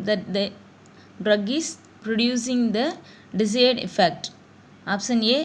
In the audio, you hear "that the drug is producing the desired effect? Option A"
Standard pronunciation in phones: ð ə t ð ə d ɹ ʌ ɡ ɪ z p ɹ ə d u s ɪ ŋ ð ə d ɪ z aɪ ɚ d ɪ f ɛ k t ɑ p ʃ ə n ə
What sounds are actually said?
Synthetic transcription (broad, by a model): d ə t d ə d ɹ ʌ ɡ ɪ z p ɹ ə d u s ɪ ŋ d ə d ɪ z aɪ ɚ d ɪ f ɛ k t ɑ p s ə n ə